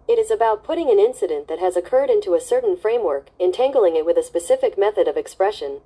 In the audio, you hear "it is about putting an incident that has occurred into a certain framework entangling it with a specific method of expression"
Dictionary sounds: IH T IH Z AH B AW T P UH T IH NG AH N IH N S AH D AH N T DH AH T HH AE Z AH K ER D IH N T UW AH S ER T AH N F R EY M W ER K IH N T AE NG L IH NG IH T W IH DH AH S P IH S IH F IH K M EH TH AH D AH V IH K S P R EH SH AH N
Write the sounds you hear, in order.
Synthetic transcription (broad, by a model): IH T IH Z AH B AW T P UH T IH NG AH N IH N S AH D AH N DH AH T HH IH Z AH K ER D IH N T UW AH S ER T N F R EY M W ER K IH N T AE NG L IH NG IH T W IH DH AH S P IH S IH F IH K M EH TH AH D AH V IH K S P R EH SH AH N